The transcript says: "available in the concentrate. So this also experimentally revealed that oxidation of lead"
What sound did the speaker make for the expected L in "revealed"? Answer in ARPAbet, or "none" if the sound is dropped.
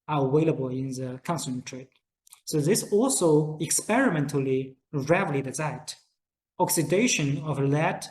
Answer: none